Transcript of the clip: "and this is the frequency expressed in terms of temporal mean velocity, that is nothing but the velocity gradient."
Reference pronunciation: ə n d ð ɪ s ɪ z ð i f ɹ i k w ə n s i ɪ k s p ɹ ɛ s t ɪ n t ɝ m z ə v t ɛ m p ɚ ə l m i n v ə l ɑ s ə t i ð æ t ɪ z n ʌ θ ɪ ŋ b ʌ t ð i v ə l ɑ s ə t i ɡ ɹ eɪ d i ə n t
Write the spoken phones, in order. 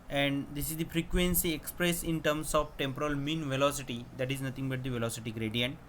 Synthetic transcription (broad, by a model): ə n d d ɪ s ɪ z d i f ɹ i k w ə n s i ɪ k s p ɹ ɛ s ɪ n t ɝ m s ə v t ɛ m p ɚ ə l m i n v ə l ɑ s ə t i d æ t ɪ z n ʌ t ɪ ŋ b ʌ t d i v ə l ɑ s ə t i ɡ ɹ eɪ d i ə n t